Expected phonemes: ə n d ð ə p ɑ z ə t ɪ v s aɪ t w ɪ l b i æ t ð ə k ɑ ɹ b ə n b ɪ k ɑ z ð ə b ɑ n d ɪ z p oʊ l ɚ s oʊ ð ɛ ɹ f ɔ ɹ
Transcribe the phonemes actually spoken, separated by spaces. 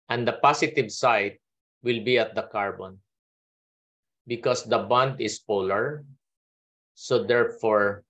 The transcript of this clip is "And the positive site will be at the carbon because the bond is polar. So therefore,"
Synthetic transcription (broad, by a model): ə n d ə p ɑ s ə t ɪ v s aɪ t w ɪ l b i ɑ t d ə k ɑ ɹ b ə n b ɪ k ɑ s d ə b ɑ n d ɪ s p oʊ l ɚ s oʊ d ɛ ɹ f ɔ ɹ